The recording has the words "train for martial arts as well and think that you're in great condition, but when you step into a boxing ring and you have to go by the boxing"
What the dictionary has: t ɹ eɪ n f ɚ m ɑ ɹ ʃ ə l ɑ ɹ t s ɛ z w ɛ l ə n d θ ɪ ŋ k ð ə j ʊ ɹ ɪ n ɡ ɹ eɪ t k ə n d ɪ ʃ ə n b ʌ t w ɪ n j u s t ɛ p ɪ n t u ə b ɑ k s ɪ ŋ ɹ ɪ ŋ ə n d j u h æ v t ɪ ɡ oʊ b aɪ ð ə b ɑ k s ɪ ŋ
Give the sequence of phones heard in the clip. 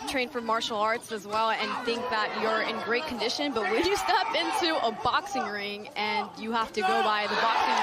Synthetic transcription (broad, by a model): t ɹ eɪ n f ɚ m ɑ ɹ ʃ l ɑ ɹ t s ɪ z w ɛ l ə n θ ɪ ŋ k ð ə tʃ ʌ ɹ ɪ n ɡ ɹ eɪ t k n d ɪ ʃ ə n b ʌ t w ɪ l j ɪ s t ɛ p ɪ n t u ə b ɑ k s ɪ ŋ ɹ ɪ ŋ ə n j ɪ h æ f t ɪ ɡ oʊ b aɪ ð ə b ɑ k s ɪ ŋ